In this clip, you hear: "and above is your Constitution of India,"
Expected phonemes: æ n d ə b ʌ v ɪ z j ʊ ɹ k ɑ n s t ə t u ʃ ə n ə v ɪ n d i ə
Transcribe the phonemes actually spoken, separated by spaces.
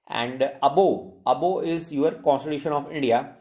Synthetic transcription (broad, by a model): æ n d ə b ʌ b ɪ z j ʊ ɹ k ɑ n s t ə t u ʃ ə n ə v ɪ n d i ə